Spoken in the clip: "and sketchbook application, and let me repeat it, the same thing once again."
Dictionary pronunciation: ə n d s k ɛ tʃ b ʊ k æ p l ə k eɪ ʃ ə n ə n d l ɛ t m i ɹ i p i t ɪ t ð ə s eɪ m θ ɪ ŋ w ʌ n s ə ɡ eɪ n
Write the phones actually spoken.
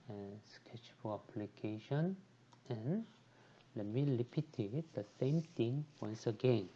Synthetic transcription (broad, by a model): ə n s k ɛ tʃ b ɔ æ p l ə k eɪ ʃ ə n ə n l ɛ t m i l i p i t ɪ t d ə s eɪ m t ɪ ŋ w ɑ n s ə ɡ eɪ n